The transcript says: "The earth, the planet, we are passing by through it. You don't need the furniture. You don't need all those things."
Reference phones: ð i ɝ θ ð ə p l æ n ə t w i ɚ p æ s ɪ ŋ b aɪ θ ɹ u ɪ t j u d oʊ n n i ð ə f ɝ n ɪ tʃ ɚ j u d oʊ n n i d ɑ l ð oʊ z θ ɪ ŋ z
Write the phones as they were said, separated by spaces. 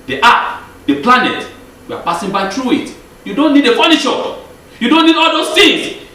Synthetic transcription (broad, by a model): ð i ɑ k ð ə p l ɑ n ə t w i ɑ p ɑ s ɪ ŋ b aɪ t ɹ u ɪ t j u d oʊ n n i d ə f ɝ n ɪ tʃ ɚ j u d oʊ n n i d ɑ l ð oʊ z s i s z